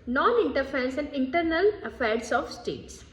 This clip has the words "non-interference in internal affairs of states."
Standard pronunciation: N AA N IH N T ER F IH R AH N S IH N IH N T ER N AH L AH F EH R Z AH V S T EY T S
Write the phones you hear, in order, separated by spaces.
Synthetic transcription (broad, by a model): N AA N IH N T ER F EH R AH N S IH N IH N T ER N AH L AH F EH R S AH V S T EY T S